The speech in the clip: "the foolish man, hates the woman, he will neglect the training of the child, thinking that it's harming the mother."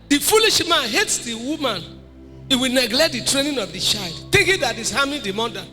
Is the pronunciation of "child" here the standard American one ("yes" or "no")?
yes